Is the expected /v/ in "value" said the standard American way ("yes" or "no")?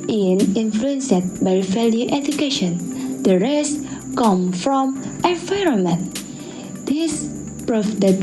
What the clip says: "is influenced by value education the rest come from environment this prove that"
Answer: no